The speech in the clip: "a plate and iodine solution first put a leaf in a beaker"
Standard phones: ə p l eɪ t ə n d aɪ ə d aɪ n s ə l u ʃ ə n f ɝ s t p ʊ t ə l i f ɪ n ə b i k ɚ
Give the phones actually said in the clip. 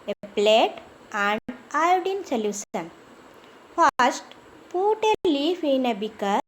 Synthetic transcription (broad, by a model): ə p l eɪ t ə n d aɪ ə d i n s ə l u s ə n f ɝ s t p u t ə l i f ɪ n ə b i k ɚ